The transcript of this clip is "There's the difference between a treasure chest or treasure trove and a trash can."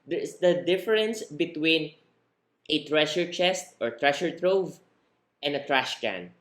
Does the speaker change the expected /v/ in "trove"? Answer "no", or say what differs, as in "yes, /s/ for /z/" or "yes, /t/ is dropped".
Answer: no